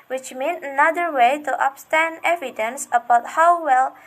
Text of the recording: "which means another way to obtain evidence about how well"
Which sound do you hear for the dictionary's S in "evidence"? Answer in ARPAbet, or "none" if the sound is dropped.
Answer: S